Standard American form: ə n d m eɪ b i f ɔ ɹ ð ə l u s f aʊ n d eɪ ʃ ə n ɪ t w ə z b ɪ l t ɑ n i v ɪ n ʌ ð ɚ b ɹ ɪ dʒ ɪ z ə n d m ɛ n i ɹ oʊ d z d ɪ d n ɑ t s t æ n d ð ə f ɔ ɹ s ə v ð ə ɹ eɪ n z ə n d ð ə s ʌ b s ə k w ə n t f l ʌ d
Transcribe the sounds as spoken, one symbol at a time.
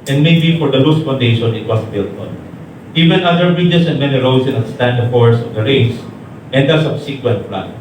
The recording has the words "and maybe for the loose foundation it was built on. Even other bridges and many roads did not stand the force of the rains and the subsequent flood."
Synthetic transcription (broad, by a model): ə n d m eɪ b i f ɔ ɹ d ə l u s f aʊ n d eɪ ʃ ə n ɪ t w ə s b ɪ l t ɑ n i v ɪ n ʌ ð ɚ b ɹ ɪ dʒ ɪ s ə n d m ɛ n i ɹ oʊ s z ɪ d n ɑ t s t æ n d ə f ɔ ɹ s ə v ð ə ɹ eɪ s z ə n d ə s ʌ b s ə k w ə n t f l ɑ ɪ